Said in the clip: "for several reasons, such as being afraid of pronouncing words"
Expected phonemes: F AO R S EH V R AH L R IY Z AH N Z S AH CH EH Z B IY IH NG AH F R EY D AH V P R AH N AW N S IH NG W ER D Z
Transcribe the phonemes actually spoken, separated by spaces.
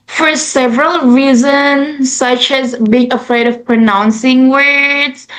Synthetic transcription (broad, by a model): F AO R S EH V R AH L R IY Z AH N S AH CH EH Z B IY IH NG AH F R EY D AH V P R AH N AW N S IH NG W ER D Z